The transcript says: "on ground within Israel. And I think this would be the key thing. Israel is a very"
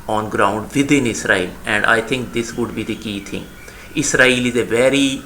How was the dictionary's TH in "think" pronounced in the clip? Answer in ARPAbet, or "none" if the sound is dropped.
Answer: T